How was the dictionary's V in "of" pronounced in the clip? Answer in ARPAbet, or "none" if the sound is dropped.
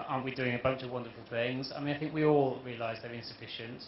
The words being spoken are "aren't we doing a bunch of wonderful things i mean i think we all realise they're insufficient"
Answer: V